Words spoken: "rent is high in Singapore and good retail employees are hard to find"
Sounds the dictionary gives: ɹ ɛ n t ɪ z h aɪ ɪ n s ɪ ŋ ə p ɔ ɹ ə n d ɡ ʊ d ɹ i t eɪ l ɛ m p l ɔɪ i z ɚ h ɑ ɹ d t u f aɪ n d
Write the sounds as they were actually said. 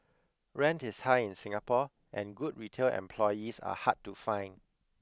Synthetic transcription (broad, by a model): ɹ ɛ n t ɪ s h aɪ ɪ n s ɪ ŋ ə p ɔ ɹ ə n ɡ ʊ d ɹ i t eɪ l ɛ m p l ɔɪ i s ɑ h ɑ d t u f aɪ n